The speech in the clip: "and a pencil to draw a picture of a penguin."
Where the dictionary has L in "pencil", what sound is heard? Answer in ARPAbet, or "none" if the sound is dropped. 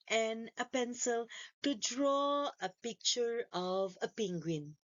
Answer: L